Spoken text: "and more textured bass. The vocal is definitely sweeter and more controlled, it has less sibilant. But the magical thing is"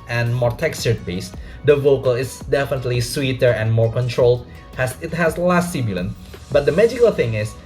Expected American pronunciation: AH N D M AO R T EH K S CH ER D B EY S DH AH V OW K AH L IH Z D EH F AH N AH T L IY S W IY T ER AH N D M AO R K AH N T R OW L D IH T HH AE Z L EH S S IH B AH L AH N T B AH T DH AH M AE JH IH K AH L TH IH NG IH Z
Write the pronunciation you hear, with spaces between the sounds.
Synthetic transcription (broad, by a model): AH N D M AO R T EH K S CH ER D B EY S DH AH V OW K AH L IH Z D EH F AH N AH T L IY S W IY T ER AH N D M AO R K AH N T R OW L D IH T HH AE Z L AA S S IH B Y L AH N B AH T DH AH M AE JH IH K AH L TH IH NG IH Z